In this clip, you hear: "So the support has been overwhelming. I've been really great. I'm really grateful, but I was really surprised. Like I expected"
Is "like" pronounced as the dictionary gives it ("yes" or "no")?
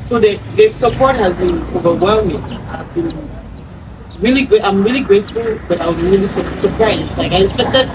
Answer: yes